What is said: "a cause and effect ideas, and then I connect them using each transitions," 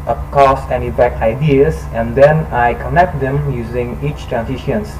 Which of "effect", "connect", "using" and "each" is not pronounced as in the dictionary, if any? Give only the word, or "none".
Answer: effect